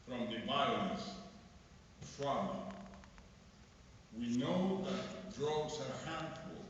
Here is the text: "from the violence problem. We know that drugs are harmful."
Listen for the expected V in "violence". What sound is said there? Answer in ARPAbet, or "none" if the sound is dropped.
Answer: B